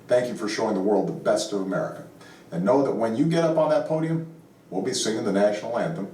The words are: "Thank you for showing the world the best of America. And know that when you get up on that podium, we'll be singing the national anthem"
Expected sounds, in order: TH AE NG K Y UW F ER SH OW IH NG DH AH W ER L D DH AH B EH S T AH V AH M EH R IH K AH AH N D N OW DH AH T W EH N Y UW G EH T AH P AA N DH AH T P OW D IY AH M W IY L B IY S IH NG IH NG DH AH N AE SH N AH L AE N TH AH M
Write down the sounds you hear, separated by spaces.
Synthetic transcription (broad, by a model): TH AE NG K Y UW F ER SH OW IH NG DH AH W ER L D DH AH B EH S T AH V AH M EH R IH K AH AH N N OW DH AH T W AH N Y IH G EH T AH P N DH AH T P OW D IY AH M W IY L B IY S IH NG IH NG DH AH N AE SH N L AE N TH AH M